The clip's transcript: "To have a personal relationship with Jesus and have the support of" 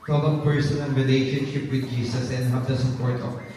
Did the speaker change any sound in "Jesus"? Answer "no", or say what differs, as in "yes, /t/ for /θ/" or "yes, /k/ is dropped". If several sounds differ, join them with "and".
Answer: yes, /s/ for /z/